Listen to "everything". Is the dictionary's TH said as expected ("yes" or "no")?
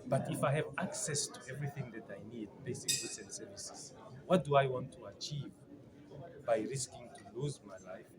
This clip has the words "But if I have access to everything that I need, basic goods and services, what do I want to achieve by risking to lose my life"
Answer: yes